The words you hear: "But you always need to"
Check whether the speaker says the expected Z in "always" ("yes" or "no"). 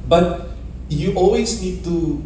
no